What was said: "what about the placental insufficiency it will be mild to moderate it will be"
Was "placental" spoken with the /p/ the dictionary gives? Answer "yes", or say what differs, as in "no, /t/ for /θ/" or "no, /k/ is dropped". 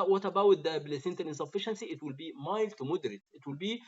no, /b/ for /p/